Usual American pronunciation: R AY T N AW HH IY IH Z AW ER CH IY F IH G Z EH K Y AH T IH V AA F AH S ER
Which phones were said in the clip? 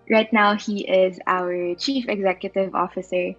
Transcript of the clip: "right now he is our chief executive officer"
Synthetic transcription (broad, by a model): R AY T N AW HH IY IH Z AW ER CH IY F IH G Z EH K Y AH T IH V AA F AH S ER